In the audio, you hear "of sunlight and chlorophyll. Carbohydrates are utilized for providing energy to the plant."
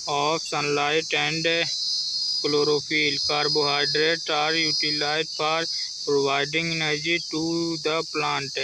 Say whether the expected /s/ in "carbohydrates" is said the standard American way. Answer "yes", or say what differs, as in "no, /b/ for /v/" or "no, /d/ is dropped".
no, /s/ is dropped